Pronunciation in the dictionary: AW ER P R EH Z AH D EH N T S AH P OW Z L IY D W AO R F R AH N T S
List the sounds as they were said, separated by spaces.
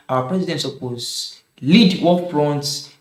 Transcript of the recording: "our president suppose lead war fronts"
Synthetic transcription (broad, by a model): AW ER P R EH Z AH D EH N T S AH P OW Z L IY D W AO L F R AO N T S